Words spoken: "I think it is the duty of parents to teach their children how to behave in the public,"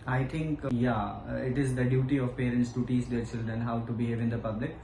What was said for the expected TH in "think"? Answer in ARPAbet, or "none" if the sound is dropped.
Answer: T